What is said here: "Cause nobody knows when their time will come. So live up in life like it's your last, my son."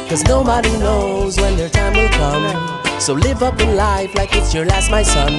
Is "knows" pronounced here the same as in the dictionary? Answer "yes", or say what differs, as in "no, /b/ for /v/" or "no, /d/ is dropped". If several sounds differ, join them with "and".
yes